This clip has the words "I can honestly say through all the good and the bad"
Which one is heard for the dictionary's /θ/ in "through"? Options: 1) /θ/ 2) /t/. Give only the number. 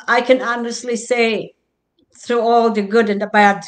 1